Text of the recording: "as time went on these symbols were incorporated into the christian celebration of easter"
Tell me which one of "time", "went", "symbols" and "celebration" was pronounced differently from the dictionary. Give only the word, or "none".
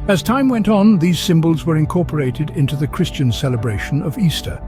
none